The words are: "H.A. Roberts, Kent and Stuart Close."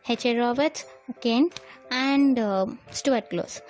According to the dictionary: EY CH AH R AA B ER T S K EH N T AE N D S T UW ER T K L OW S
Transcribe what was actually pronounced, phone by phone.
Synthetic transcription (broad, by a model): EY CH AH R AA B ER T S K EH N AE N D S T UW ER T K L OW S